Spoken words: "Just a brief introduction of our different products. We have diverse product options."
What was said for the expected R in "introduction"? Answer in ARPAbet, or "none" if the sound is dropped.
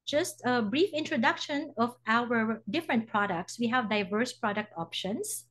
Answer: R